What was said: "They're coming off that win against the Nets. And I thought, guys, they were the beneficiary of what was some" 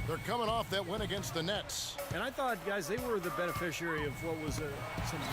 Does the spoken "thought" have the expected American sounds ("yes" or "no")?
yes